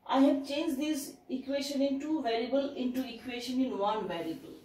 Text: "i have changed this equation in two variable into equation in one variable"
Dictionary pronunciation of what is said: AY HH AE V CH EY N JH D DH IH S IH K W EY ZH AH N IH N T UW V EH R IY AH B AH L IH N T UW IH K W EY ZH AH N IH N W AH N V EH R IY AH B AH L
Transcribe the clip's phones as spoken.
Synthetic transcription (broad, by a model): AY HH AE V CH EY N JH D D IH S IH K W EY SH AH N IH N T UW V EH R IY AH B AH L IH N T UW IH K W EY SH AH N IH N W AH N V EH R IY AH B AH L